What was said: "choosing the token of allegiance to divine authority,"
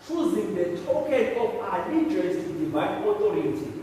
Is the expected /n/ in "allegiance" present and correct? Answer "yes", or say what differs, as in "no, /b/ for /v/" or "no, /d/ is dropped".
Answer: no, /n/ is dropped